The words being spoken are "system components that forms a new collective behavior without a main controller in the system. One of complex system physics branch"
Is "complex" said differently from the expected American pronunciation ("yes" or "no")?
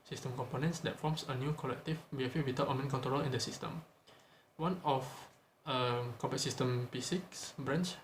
yes